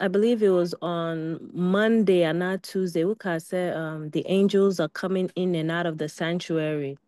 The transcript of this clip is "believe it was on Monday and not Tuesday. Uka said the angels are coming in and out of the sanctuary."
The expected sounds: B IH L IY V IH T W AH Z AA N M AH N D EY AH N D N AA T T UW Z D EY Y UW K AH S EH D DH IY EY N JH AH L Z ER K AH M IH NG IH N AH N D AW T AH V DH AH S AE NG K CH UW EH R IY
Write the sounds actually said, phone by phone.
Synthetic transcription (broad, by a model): B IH L IY V IH T W AH Z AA N M AH N D EY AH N N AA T T UW Z D EY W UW K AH S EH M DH IY EY N JH AH L Z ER K AH M IH NG IH N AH N AW T AH V DH AH S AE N CH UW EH R IY